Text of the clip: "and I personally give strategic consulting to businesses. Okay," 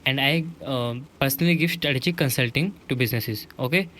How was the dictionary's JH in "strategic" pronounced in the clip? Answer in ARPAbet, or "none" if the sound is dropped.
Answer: CH